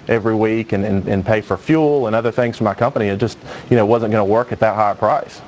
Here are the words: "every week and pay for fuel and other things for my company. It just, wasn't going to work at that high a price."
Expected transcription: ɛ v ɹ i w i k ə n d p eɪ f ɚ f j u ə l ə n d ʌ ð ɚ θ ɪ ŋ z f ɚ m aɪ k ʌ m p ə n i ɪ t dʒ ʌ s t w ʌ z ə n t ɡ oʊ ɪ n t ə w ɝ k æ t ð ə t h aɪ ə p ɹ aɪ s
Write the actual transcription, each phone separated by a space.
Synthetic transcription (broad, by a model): ɛ v ɹ i w i k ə n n p eɪ f ɚ f j u l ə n ʌ ð ɚ θ ɪ ŋ z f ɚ m aɪ k ʌ m p ə n i ɪ t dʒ ʌ s t w ʌ z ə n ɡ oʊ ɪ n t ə w ɝ k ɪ t ð ə t h aɪ ə p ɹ aɪ s